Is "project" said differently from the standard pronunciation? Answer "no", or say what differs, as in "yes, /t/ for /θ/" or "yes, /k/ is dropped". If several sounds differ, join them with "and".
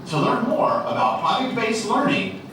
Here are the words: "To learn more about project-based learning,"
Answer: yes, /k/ is dropped